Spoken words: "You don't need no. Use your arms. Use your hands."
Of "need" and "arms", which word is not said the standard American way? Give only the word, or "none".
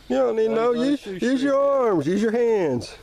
none